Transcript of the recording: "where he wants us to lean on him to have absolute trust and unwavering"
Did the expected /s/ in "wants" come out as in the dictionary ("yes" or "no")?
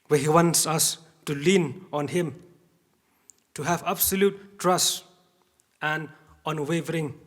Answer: yes